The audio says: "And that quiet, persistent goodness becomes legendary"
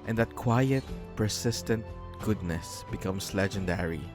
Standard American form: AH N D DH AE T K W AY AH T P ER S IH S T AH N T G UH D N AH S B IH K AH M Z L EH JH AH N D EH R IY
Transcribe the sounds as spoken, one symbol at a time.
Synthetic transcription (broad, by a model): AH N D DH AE T K W AY AH T P ER S IH S T AH N T G UH D N AH S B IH K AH M S L EH JH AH N D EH R IY